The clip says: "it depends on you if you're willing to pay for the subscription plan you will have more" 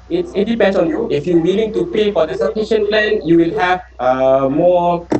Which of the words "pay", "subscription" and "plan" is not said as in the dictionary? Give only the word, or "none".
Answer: subscription